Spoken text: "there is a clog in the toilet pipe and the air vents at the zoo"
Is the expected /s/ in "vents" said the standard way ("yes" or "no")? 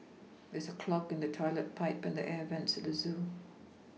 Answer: yes